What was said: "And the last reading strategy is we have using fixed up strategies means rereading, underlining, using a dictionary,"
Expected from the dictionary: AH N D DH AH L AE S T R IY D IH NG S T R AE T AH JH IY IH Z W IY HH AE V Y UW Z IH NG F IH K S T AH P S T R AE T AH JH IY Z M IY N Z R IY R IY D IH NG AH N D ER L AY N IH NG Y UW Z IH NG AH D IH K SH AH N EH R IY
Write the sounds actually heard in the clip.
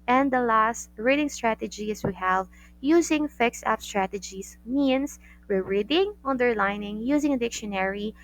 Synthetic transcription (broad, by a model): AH N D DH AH L AE S T R IY D IH NG S T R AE T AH JH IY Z W IY HH AE V Y UW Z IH NG F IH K S AH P S T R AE T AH JH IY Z M IY N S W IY R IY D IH NG AH N D ER L AY N IH NG Y UW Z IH NG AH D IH K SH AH N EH R IY